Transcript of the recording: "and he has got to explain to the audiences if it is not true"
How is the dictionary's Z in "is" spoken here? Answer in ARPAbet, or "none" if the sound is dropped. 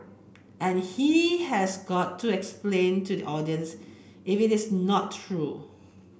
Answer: S